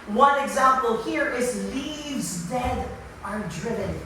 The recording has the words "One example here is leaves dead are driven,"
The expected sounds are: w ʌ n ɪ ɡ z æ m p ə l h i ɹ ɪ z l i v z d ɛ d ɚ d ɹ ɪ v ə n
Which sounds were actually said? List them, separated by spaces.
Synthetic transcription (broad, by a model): w ʌ n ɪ ɡ z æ m p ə l h i ɹ ɪ z l i v z d ɛ d ɚ d ɹ ɪ v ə n